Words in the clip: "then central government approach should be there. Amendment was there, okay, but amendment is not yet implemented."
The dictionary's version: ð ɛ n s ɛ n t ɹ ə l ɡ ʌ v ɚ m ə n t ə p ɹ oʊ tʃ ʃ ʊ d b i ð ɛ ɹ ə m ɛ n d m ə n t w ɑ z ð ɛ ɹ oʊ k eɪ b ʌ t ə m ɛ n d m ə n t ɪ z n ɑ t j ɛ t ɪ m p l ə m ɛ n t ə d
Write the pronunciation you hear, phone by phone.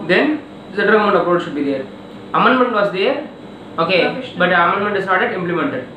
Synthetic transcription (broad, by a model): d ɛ n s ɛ t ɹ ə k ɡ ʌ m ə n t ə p ɹ oʊ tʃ ʃ ʊ d b i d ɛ ɹ ə m ɛ n d m ə n t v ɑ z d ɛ ɹ oʊ k eɪ b ʌ t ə m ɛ n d m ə n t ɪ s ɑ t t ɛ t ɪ m p l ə m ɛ n t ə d